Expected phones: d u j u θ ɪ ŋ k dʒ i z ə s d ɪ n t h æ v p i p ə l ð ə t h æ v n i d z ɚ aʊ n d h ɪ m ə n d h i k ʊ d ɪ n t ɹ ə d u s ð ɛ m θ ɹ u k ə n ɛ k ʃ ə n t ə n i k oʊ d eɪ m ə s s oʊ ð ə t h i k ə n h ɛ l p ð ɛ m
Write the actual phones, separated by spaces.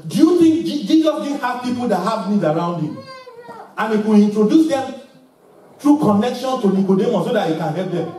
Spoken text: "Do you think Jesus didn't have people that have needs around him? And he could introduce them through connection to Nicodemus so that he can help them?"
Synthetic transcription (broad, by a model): d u j u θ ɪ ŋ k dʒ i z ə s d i h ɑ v p i p ə l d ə t h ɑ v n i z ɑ aʊ n d h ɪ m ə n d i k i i n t ɹ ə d u s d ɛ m t ɹ u k ə n ɛ k ʃ ə n t ə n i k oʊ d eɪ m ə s s oʊ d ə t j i k ə n h ɛ l p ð ɛ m